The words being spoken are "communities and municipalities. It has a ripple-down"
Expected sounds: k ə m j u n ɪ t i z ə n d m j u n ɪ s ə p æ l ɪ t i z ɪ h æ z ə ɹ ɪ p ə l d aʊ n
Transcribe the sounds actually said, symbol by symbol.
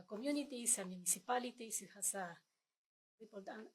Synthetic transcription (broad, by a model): k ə m j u n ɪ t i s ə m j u n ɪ s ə p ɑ l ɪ t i s ɪ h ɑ s ə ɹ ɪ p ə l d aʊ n